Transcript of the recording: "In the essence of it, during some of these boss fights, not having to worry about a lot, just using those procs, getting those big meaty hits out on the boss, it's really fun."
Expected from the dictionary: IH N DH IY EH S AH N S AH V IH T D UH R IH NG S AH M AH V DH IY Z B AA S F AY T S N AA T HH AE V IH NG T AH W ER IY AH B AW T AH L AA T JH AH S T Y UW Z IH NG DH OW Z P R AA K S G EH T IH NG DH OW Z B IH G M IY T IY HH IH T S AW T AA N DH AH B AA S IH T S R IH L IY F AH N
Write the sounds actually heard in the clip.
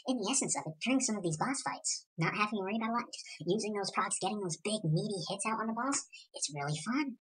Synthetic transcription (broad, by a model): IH N DH IY EH S AH N S AH V IH T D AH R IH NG S AH M AH V DH IY Z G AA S F AY T S N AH T HH AE V IH NG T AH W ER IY AH B AW T AH L AA T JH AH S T Y UW Z IH NG DH OW Z P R AA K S G EH T IH NG DH OW Z B IH G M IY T IY HH IH T S AW T N DH AH B AA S IH T S R IH L IY F AH N